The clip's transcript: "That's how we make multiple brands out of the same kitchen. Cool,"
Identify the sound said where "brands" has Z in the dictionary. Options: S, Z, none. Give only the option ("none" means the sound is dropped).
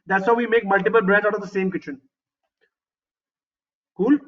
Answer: none